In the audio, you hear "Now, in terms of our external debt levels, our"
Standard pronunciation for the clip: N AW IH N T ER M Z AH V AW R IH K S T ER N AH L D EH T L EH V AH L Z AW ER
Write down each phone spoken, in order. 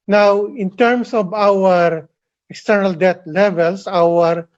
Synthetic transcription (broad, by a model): N AW IH N T ER M S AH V AW R IH K S T ER N AH L D EH T L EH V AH L S AW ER